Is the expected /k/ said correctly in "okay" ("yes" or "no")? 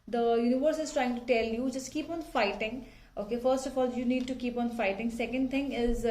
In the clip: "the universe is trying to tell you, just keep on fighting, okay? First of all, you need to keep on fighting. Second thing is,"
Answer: yes